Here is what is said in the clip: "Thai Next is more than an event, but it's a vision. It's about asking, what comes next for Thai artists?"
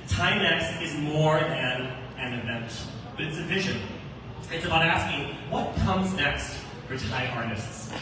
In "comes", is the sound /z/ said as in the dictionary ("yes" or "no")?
yes